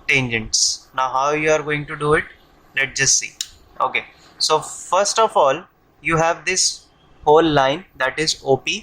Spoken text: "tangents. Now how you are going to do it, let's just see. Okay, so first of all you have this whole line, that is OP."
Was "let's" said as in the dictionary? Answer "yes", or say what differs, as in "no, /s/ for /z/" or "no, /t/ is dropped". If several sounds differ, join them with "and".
no, /s/ is dropped